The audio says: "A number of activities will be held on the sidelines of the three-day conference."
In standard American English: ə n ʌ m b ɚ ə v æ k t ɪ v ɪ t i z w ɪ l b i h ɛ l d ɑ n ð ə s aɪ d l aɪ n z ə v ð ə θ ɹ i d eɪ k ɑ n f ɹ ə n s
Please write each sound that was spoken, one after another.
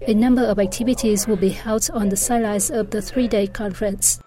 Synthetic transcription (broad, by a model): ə n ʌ m b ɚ ə v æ k t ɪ v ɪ t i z w ɪ l b i h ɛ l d ɑ n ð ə s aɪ l aɪ z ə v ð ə θ ɹ i d eɪ k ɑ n f ɹ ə n s